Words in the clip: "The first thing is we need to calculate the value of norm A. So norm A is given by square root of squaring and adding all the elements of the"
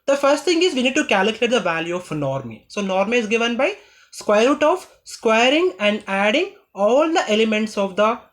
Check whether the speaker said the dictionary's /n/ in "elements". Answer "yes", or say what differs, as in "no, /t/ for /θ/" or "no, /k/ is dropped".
yes